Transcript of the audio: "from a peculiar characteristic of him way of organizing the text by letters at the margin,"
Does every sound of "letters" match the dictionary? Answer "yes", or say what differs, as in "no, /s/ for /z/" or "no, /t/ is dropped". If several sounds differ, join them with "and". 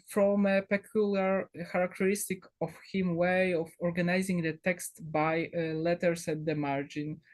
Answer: no, /s/ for /z/